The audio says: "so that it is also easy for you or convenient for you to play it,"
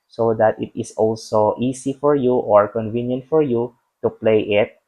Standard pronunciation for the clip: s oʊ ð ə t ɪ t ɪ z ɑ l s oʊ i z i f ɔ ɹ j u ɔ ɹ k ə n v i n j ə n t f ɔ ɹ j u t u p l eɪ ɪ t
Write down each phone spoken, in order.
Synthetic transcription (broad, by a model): s oʊ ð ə t ɪ t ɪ s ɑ l s oʊ i s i f ɔ ɹ j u ɔ ɹ k ə n v i n j ə n t f ɔ ɹ j u t u p l eɪ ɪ t